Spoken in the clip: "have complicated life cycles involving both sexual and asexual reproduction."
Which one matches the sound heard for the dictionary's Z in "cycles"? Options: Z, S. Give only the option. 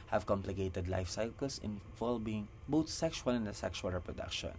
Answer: S